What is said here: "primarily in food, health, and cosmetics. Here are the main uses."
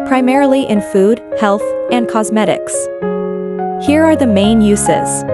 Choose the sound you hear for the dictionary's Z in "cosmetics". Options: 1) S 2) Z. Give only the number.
2